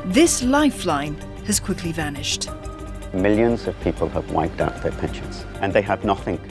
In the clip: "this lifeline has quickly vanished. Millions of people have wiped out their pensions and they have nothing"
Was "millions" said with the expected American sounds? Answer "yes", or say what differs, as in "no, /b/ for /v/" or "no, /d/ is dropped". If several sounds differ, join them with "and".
yes